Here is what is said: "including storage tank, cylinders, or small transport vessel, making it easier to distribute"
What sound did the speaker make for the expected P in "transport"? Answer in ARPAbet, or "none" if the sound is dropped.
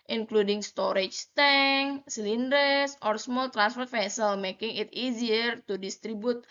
F